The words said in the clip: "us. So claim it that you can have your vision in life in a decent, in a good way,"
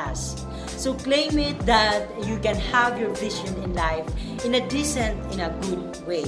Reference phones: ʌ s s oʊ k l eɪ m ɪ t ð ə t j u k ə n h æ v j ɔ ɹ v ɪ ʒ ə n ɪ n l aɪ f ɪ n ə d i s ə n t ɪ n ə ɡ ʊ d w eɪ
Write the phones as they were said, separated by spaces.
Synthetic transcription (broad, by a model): s s oʊ k l eɪ m ɪ t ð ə t j u k ə n h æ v j ɔ ɹ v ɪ ʃ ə n ɪ n l aɪ f ɪ n ə d i s ə n t ɪ n ə ɡ ʊ d w eɪ